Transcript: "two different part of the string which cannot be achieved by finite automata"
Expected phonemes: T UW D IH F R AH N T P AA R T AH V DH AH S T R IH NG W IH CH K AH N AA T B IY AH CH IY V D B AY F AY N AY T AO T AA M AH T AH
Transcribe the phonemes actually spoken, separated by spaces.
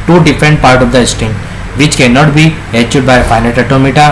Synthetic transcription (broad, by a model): T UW D IH F R AH N T P AA R T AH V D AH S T IH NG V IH CH K AH N AA T B IY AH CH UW D B AY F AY N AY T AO T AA M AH T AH